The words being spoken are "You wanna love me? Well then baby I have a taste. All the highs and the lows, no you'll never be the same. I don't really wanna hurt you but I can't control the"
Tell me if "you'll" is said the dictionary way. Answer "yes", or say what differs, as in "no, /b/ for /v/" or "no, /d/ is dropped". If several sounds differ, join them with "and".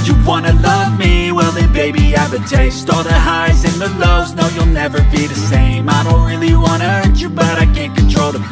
yes